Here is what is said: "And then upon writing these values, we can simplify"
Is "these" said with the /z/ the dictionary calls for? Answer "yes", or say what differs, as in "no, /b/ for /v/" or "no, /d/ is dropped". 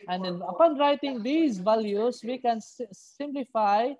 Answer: no, /s/ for /z/